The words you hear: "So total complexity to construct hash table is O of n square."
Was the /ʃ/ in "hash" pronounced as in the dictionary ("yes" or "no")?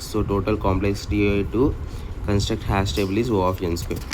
no